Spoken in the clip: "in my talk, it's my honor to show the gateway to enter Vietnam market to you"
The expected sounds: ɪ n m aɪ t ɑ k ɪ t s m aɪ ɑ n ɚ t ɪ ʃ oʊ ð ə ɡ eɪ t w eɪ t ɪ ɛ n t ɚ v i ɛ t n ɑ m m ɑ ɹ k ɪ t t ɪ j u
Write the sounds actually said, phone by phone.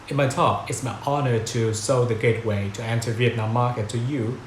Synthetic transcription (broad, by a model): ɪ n m aɪ t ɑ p ɪ t s m aɪ ɑ n ɚ t ɪ s oʊ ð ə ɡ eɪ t w eɪ t ɪ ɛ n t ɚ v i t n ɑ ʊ m ɑ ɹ k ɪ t t ɪ j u